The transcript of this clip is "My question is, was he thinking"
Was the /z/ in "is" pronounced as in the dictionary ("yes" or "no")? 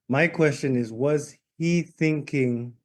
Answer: yes